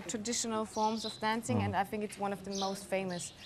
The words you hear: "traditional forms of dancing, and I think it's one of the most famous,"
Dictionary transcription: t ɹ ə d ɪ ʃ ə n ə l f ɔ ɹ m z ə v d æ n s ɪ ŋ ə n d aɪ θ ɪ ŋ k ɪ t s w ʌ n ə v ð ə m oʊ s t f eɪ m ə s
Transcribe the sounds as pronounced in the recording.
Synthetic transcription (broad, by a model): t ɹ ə d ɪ ʃ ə n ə l f ɔ ɹ m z ə v d æ n s ɪ ŋ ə n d aɪ θ ɪ ŋ k ɪ t s w ʌ n ə v ð ə m oʊ s t f eɪ m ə s